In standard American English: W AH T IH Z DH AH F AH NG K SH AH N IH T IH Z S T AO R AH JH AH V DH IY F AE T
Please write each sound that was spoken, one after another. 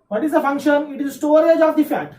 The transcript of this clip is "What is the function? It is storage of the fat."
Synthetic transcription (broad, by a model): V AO T IH Z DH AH F AH NG K SH AH N IH T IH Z S T AO R AH JH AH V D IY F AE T